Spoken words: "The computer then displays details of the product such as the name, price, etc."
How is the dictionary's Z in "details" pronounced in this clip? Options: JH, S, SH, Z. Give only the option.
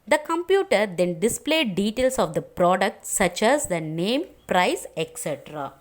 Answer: S